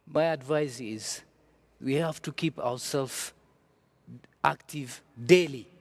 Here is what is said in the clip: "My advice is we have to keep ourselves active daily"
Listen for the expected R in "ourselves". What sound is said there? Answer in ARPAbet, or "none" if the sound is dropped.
W